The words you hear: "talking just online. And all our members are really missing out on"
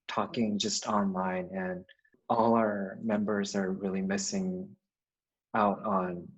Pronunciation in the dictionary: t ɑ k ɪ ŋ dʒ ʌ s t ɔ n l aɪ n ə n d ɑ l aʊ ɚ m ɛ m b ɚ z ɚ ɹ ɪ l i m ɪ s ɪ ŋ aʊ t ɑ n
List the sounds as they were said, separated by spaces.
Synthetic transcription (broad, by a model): t ɑ k ɪ ŋ dʒ ʌ s t ɔ n l aɪ n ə n ɑ l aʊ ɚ m ɛ m b ɚ z ɚ ɹ ɪ l i m ɪ s ɪ ŋ aʊ t n